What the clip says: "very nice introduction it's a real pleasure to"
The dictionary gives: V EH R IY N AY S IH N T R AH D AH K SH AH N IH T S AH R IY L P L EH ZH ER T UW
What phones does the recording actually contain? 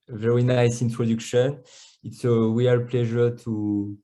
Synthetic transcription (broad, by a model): V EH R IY N AY S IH N T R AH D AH K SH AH N IH T S AH W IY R P L EH ZH ER T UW